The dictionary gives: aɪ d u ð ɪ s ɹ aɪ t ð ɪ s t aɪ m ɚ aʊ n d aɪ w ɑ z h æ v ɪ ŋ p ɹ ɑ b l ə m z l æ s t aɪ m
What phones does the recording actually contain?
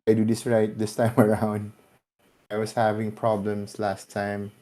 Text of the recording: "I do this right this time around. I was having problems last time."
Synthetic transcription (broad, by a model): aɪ d u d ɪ s ɹ aɪ t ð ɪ s t aɪ m ɚ aʊ n d aɪ w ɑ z h æ v ɪ ŋ p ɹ ɑ b l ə m s l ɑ s t aɪ m